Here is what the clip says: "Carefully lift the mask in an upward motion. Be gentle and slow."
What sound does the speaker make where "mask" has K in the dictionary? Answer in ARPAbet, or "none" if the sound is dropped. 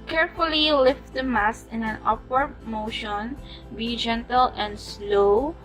none